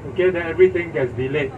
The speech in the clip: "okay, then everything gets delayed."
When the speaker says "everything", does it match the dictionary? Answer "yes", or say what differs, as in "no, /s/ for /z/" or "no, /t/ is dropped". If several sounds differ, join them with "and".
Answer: no, /t/ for /θ/